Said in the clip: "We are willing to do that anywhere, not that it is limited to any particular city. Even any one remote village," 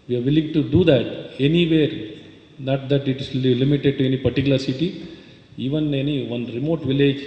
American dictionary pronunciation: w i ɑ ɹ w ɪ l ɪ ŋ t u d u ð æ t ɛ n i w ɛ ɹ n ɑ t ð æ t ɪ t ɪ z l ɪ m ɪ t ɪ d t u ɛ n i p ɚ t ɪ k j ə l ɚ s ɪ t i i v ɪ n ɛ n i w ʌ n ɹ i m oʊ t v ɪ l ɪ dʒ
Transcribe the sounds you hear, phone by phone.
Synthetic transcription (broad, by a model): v i ɑ ɹ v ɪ l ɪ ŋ t u d u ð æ t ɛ n i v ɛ ɹ n ɑ t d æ t ɪ t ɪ s l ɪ m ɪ t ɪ d t u ɛ n i p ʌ t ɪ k j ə l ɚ s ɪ t i i v ɪ n ɛ n i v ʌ n ɹ i m oʊ t v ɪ l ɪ dʒ